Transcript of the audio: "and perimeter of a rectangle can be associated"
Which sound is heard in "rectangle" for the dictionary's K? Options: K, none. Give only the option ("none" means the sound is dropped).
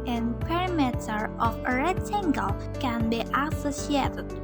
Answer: none